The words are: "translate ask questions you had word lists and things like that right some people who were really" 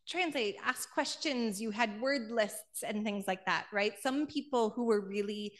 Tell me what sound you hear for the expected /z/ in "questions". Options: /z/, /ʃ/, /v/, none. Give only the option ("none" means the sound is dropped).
/z/